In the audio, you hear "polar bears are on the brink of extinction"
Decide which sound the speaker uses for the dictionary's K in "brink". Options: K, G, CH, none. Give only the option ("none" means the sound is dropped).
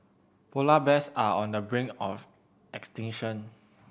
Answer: none